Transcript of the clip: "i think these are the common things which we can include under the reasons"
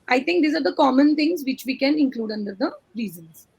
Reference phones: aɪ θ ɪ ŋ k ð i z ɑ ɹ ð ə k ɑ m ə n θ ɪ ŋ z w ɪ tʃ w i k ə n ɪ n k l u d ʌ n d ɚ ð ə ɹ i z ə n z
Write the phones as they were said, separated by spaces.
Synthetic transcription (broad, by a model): aɪ t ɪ ŋ k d i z ɑ ɹ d ə k ɑ m ə n t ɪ ŋ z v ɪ tʃ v i k ə n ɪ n k l u d ʌ n d ɚ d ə ɹ i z ə n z